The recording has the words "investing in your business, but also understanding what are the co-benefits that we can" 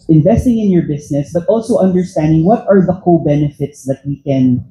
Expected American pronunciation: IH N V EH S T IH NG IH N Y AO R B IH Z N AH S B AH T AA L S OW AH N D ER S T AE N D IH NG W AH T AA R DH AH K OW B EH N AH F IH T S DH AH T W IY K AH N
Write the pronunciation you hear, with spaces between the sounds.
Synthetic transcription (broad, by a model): IH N V EH S T IH NG IH N Y AO R B IH S N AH S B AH T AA L S OW AH N D ER S T AE N D IH NG W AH T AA R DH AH K OW B EH N AH F IH T S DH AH T W IY K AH N